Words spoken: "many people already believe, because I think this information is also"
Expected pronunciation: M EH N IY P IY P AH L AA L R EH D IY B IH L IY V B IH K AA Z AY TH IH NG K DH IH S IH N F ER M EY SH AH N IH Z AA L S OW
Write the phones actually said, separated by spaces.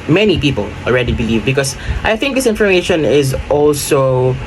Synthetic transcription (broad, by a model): M EH N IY P IY P AH L AA L R EH D IY B IH L IY V B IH K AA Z AY TH IH NG K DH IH S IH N F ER M EY SH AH N IH Z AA L S OW